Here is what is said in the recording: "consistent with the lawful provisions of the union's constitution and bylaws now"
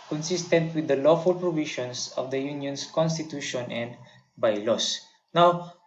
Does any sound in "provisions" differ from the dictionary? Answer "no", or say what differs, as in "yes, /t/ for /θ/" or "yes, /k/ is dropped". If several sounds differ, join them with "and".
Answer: yes, /ʃ/ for /ʒ/ and /s/ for /z/